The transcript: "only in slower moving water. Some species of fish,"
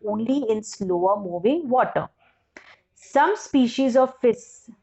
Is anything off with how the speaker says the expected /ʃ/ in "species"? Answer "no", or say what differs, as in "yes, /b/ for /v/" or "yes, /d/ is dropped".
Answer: no